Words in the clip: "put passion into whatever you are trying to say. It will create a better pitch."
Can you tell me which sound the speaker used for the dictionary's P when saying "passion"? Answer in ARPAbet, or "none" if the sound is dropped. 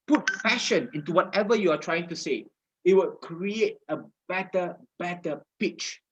F